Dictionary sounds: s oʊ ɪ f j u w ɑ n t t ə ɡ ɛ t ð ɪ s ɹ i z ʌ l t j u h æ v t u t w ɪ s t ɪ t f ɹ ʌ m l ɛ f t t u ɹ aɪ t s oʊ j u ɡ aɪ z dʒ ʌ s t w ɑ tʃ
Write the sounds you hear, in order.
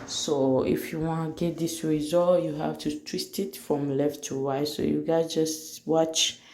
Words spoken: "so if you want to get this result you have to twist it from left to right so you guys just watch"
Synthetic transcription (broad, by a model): s oʊ ɪ f j u w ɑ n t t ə ɡ ɛ t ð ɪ s ɹ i z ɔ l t j u h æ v t u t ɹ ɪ s t ɪ t f ɹ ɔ m l ɛ f t t u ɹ aɪ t s oʊ j u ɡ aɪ dʒ ʌ s t w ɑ tʃ